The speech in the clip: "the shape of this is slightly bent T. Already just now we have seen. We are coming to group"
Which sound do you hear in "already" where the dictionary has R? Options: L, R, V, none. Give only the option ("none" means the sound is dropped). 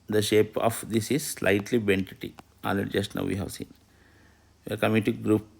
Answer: none